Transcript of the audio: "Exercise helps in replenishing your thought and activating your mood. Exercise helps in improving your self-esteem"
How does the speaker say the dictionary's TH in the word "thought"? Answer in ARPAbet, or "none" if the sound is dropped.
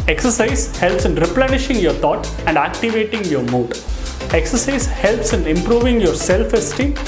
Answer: T